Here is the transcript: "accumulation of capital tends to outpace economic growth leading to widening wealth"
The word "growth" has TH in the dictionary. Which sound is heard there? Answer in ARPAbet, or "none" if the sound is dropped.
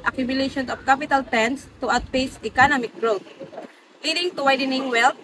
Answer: T